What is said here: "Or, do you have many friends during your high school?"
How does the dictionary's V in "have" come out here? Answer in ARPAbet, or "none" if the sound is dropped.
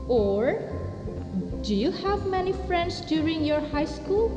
V